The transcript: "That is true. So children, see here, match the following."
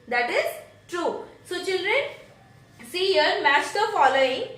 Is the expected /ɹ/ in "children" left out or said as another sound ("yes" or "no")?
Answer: no